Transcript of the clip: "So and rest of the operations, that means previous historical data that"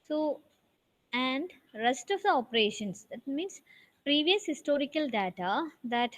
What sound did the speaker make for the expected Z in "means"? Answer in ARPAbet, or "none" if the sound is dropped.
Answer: S